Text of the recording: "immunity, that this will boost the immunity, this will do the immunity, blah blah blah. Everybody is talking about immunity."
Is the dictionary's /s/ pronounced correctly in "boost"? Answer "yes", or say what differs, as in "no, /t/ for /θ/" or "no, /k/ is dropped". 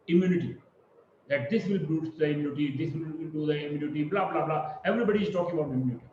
no, /s/ is dropped